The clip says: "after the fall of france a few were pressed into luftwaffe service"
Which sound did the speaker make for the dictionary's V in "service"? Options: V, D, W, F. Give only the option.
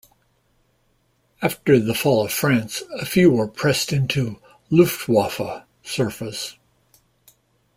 F